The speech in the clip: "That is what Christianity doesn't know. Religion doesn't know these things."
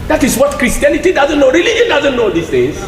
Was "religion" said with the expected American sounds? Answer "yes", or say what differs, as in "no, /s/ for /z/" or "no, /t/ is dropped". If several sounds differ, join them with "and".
no, /dʒ/ is dropped